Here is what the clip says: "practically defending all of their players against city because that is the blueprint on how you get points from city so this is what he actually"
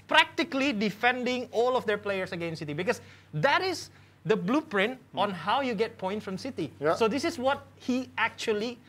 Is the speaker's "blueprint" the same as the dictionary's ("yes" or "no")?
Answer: yes